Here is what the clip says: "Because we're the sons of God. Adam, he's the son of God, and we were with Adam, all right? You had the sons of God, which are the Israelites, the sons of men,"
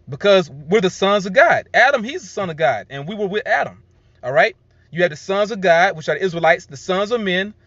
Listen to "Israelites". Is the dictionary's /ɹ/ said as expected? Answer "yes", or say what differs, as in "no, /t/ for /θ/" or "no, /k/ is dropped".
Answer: yes